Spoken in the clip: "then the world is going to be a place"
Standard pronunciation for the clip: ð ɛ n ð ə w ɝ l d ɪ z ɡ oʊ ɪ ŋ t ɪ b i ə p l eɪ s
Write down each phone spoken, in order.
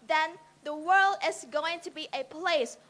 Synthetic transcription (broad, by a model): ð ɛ n ð ə w ɝ l d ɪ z ɡ oʊ ɪ ŋ t ɪ b i ə p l eɪ s